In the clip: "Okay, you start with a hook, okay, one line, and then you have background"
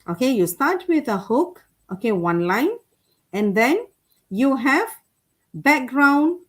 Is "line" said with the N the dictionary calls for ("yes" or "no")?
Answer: yes